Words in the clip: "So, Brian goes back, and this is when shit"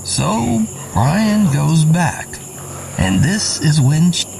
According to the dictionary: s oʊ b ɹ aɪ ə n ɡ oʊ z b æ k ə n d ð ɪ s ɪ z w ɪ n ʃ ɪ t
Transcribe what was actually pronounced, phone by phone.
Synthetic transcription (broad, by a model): s oʊ b ɹ aɪ ə n ɡ oʊ z b æ k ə n ð ɪ s ɪ z w ɪ n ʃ